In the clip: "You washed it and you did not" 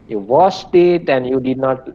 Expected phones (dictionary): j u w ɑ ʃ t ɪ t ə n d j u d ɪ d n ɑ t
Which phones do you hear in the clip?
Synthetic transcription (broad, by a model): j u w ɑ s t ɪ t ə n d j u d ɪ d n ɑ t